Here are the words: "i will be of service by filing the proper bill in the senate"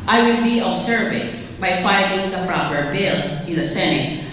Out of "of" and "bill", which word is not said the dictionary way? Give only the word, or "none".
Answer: of